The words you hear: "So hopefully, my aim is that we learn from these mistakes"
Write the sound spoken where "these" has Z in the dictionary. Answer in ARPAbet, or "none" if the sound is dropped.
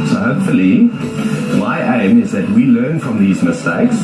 Z